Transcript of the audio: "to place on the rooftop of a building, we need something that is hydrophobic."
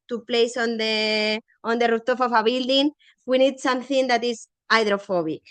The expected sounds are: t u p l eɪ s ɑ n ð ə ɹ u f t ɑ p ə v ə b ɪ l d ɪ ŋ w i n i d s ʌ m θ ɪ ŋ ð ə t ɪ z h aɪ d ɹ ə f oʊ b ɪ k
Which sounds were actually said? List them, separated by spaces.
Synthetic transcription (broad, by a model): t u p l eɪ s ɑ n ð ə ɹ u t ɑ f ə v ə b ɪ l d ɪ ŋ w i n i d s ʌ m θ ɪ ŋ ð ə t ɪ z aɪ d ɹ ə f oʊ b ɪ k